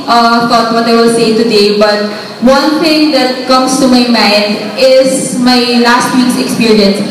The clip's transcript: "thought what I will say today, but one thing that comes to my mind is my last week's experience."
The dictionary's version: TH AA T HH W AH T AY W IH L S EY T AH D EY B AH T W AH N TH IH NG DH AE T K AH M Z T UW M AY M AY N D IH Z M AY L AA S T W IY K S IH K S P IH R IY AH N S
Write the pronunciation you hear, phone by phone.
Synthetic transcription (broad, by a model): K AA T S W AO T AY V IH L S EY T AH D EY B AH T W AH N T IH NG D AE T K AH M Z T UW M AY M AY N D IH Z M AY L AA S T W IY K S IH K S P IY R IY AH N S